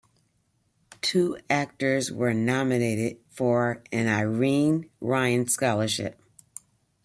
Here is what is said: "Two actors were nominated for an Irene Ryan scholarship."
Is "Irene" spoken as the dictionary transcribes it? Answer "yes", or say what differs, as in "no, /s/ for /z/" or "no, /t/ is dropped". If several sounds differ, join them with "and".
yes